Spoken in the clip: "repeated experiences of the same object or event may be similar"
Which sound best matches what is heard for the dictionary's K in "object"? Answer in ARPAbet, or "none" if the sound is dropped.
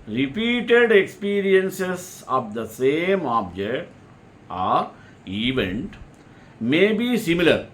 K